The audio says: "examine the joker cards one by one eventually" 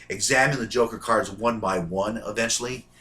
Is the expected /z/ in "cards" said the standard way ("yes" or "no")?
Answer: yes